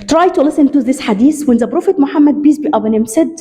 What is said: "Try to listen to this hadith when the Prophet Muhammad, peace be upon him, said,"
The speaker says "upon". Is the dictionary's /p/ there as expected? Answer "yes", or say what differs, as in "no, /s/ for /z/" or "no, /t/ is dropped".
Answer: no, /b/ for /p/